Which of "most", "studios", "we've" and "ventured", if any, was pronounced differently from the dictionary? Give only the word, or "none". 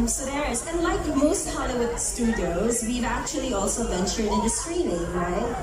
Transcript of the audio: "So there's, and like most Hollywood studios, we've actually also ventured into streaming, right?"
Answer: none